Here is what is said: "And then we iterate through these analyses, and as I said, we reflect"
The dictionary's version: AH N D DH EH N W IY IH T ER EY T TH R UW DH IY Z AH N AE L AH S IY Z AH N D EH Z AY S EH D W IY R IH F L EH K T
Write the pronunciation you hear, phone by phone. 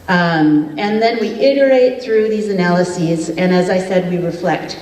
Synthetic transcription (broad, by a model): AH N DH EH N W IY IH T ER EY T TH R UW DH IY Z AH N AE L AH S IY Z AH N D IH Z AY S EH D W IY R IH F L EH K T